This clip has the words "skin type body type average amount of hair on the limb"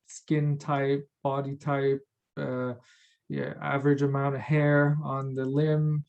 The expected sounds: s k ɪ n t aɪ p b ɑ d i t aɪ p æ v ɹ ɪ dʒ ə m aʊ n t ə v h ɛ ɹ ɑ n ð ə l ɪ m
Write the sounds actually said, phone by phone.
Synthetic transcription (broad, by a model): s k ɪ n t aɪ p b ɑ d i t aɪ p æ v ɹ ɪ dʒ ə m aʊ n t ə v h ɛ ɹ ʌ n ð ə l ɪ m